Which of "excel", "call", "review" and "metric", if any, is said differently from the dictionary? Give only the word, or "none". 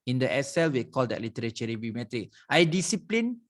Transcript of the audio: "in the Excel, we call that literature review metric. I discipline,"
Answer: excel